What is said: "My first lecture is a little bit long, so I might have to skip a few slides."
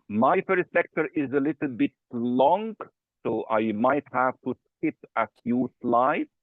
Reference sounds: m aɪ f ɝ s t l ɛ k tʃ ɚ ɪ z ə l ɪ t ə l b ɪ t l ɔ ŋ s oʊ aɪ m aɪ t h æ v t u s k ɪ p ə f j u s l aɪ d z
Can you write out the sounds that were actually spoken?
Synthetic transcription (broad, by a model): m aɪ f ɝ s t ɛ k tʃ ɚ ɪ z ə l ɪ t l b ɪ t l ɔ ŋ s oʊ aɪ m aɪ t h æ v t u s k ɪ p ə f j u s l aɪ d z